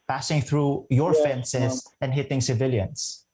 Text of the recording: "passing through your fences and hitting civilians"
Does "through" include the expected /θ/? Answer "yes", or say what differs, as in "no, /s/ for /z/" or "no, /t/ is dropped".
yes